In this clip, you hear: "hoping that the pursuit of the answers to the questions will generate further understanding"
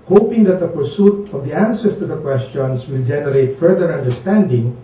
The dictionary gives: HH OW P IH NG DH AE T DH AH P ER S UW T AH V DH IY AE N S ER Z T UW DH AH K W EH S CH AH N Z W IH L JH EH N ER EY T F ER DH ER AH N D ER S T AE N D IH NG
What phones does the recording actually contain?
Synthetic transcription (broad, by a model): HH OW P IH NG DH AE T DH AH P ER S UW T AH V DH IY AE N S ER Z T UW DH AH K W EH S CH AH N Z W IH L JH EH N ER EY T F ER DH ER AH N D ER S T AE N D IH NG